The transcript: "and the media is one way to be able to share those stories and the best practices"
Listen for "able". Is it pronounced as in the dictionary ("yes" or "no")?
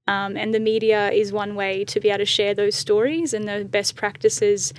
no